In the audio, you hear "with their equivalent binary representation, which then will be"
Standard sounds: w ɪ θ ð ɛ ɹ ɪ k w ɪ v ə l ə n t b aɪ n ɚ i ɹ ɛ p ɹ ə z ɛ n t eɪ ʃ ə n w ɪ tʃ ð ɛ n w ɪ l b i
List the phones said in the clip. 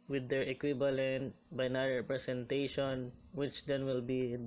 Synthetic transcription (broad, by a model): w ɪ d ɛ ɹ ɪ k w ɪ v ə l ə n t b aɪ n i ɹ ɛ p ɹ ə s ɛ n t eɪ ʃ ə n w ɪ tʃ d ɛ n w ɪ l b i